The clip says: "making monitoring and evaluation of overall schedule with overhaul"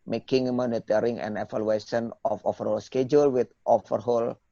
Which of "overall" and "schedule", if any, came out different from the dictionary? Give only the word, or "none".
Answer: overall